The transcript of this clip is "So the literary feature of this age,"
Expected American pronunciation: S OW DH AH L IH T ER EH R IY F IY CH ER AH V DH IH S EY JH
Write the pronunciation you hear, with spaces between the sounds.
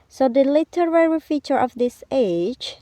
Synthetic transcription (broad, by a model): S OW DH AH L IH T ER EH R IY F IY CH ER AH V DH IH S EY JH